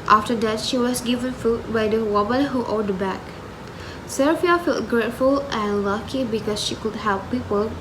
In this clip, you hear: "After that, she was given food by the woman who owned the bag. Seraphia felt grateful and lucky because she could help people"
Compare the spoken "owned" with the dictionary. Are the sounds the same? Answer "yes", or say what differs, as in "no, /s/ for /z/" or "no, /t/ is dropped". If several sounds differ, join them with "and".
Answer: no, /n/ is dropped